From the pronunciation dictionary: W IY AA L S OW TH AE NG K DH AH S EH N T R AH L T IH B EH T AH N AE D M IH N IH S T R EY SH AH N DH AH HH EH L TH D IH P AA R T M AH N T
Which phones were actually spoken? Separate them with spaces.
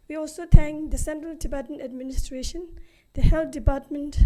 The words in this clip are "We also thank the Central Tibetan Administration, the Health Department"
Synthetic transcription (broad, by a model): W IY AA L S OW T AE NG K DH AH S EH N T R AH L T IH B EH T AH N AE D M IH N IH S T R EY SH AH N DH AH HH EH L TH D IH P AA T M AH N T